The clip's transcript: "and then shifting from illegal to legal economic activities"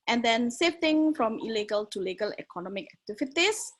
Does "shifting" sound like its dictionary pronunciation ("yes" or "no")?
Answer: no